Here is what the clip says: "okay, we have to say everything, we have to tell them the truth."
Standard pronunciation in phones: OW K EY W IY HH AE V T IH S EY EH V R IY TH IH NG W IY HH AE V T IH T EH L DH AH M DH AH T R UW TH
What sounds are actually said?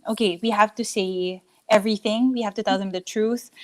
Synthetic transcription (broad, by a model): OW K EY W IY HH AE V T IH S EY EH V R IY TH IH NG W IY HH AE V T IH T EH L DH AH M DH AH T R UW TH